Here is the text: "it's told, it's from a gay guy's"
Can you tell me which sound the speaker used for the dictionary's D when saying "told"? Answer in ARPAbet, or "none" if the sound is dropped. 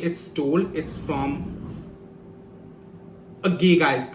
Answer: none